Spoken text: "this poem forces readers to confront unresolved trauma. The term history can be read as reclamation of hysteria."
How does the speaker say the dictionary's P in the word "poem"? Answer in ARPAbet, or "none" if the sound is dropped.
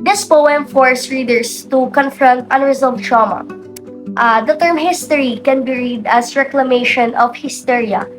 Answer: P